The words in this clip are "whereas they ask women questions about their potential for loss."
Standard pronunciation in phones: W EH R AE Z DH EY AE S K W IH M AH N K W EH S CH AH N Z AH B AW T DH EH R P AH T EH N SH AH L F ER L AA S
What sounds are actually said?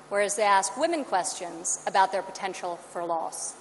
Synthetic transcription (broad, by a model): W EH R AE Z DH EY AE S K W IH M AH N K W EH S CH AH N Z AH B AW T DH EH R P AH T EH N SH L F ER L AA S